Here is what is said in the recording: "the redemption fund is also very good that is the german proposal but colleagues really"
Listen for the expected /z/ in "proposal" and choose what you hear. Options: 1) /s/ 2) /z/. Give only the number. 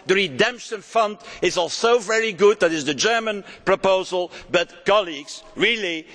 2